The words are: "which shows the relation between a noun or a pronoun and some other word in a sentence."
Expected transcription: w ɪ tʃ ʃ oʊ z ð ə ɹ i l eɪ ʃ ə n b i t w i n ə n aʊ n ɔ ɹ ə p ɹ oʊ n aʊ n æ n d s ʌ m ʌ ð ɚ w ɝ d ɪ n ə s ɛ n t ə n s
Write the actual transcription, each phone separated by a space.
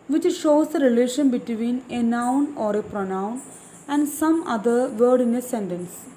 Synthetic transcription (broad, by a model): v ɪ tʃ ʃ oʊ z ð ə ɹ i l eɪ ʃ ə n b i t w i n ə n aʊ n ɔ ɹ ə p ɹ oʊ n aʊ n æ n d s ʌ m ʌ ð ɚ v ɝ d ɪ n ə s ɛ n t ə n s